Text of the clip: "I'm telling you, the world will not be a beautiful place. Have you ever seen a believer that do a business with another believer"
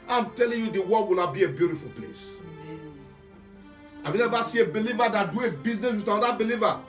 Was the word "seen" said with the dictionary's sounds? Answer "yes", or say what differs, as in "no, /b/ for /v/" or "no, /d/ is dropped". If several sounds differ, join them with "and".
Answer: no, /n/ is dropped